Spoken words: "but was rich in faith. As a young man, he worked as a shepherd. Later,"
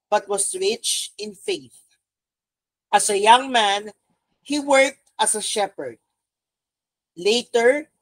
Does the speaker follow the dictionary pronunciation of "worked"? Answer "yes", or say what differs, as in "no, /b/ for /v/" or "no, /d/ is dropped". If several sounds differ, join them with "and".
yes